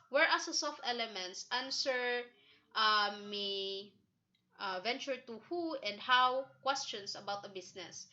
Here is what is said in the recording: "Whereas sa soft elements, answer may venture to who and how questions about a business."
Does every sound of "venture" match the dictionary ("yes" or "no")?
yes